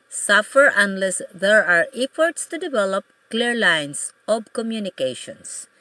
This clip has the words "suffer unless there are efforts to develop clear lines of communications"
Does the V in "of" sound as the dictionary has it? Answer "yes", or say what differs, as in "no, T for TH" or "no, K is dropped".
no, B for V